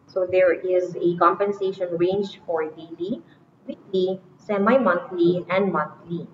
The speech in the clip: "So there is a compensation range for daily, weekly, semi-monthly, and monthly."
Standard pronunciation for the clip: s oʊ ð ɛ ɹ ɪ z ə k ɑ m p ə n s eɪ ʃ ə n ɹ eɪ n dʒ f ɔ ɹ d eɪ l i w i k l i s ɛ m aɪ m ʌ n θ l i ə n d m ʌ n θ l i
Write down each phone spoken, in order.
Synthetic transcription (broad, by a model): s oʊ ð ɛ ɹ ɪ z ə k ɑ m p ə n s eɪ ʃ ə n ɹ eɪ n dʒ f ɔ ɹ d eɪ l i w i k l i s ɛ m aɪ m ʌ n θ l i ə n d m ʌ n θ l i